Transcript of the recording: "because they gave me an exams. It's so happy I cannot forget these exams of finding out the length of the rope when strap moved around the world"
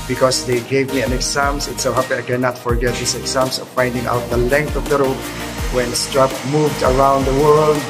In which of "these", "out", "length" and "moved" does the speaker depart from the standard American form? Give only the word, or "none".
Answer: these